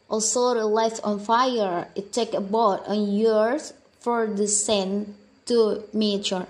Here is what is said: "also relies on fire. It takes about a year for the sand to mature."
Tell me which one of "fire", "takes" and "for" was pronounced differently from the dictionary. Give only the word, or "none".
takes